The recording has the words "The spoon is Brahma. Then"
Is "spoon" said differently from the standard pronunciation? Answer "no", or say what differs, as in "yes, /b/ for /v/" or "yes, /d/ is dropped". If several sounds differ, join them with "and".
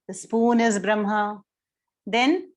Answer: no